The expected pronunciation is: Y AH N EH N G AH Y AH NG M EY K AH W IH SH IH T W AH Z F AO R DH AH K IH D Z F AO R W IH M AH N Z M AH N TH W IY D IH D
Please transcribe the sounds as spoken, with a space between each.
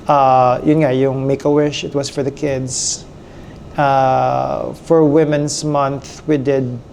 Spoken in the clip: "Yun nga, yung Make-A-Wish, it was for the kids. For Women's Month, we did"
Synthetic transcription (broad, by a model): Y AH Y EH N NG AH Y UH NG M EY K AH W IH SH IH T W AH S F AO R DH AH K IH D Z F AO R W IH M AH N S M AH N TH W IY D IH D